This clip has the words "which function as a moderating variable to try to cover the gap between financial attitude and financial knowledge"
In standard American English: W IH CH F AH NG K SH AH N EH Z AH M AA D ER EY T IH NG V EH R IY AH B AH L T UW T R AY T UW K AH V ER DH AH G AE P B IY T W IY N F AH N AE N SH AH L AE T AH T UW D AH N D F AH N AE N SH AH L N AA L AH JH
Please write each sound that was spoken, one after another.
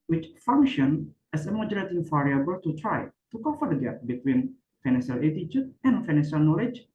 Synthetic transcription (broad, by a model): W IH CH F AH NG K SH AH N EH S AH M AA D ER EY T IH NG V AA R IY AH B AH L T UW T R AY T UW K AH F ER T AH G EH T B IY T W IY N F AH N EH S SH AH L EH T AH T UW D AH N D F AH N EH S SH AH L N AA L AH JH